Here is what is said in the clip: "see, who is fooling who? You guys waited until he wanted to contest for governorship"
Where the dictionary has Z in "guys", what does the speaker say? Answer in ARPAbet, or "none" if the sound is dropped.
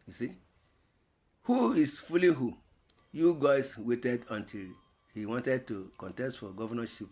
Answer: S